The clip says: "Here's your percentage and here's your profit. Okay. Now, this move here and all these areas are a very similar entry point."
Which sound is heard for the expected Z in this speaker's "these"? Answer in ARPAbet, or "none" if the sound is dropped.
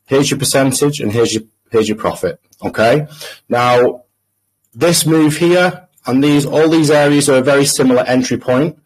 Z